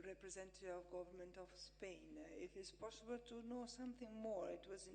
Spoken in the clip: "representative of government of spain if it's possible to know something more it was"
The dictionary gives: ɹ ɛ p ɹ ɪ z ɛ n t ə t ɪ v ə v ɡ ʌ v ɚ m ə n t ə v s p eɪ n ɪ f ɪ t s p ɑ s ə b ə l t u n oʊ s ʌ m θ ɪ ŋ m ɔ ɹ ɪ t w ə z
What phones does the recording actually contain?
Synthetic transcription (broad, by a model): ɹ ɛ p ɹ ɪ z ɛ n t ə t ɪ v ə v ɡ ʌ v ɚ m ə n t ə v s p eɪ n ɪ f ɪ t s p ɑ s ə b ə l t u n oʊ s ʌ m θ ɪ ŋ m ɔ ɹ ɪ t w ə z